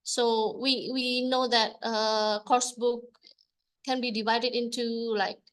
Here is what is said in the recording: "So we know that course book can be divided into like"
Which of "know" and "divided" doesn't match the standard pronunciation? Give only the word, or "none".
none